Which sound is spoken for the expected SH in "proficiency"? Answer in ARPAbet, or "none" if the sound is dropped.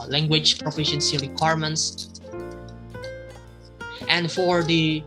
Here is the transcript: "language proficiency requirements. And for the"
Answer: SH